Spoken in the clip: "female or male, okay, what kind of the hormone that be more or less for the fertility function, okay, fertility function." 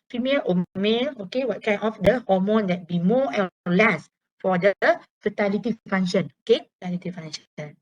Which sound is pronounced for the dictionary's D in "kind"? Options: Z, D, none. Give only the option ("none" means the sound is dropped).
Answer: none